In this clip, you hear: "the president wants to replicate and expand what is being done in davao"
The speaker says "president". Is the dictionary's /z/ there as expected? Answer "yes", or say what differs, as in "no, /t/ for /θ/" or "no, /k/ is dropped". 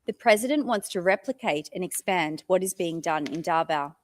yes